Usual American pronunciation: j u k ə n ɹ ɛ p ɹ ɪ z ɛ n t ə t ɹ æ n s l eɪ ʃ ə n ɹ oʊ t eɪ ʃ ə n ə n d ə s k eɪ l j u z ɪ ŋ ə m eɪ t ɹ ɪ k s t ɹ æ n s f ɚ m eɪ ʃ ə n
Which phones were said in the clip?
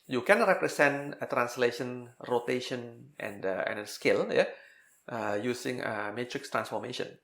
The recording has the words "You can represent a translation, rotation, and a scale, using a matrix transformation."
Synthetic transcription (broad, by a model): j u k ə n ɹ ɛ p ɹ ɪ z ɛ n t ə t ɹ æ n s l eɪ ʃ ə n ɹ oʊ t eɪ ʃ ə n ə n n ə s k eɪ l j u s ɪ ŋ ə m eɪ t ɹ ɪ k s t ɹ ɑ n s f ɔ m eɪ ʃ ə n